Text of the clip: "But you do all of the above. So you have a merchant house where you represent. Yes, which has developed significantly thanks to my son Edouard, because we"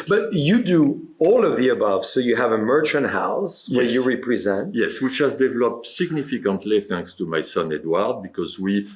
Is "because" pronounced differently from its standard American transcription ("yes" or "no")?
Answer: no